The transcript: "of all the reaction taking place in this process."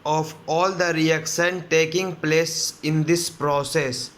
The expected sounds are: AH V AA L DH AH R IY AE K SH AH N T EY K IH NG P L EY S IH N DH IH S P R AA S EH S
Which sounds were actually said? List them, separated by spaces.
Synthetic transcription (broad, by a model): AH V AA L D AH R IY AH K S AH N T EY K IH NG P L EY S IH N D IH S P R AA S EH S